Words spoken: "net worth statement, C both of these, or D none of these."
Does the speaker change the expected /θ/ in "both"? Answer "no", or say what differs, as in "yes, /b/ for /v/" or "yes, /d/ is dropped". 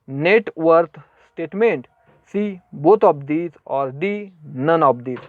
yes, /t/ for /θ/